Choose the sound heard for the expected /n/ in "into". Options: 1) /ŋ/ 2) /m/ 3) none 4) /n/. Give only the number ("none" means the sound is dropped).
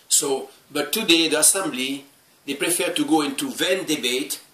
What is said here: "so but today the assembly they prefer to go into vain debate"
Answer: 4